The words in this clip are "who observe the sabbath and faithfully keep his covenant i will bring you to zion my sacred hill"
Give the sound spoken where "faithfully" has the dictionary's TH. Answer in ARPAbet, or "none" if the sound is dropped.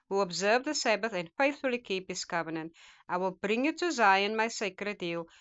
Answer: TH